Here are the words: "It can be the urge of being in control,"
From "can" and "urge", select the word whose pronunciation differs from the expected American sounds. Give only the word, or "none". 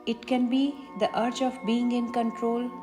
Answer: urge